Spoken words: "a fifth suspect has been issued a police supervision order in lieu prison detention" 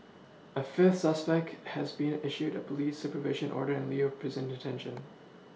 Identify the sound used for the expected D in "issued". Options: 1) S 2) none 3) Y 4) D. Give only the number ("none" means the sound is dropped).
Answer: 4